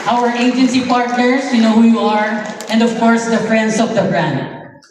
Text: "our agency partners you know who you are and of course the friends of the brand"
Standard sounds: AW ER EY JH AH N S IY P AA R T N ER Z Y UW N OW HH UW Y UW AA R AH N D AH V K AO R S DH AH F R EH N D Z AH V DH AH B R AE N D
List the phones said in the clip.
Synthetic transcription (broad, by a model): AW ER EY JH AH N S IY P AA R T N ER S Y UW N OW HH UW Y UW AA R AH N D AH V K AO R S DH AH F R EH N D S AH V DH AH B R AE N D